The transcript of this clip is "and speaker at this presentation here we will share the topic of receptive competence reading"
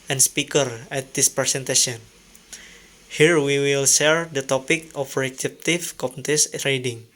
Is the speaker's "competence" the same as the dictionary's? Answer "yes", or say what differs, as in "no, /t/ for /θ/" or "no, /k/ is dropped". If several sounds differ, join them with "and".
no, /n/ is dropped